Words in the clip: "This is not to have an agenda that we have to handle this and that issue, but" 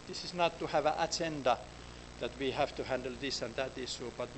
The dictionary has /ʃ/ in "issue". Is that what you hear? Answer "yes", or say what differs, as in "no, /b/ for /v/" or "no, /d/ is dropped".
no, /s/ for /ʃ/